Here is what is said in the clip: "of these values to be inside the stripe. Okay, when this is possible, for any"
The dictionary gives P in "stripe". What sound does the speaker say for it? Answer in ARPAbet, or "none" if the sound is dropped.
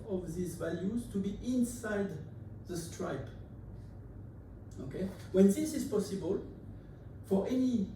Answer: P